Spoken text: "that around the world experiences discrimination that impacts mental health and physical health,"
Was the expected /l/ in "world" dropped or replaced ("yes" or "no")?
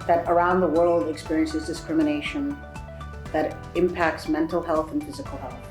no